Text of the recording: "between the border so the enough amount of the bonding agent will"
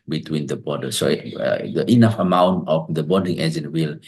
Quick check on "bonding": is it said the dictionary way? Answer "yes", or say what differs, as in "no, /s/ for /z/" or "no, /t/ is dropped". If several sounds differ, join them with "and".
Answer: no, /n/ is dropped